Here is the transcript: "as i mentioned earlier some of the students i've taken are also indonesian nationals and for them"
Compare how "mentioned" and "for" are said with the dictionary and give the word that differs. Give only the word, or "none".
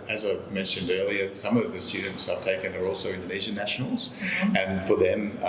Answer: none